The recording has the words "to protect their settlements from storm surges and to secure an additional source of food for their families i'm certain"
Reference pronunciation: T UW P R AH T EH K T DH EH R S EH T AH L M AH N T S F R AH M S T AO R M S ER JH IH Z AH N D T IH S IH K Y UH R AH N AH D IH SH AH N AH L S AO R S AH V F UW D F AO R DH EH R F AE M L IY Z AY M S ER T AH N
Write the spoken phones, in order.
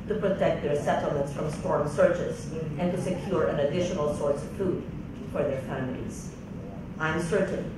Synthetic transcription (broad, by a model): T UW P R AH T EH K T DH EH R S EH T L M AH N T S F R AH M S T AO R M S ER CH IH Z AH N T IH S IH K Y UH R AH N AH D IH SH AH N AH L S AO R S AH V F UW D F AO R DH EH R F AE M L IY Z AY M S ER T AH N